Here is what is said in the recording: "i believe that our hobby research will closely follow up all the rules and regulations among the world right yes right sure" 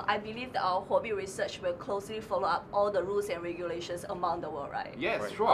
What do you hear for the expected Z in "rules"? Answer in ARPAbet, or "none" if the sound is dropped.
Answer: S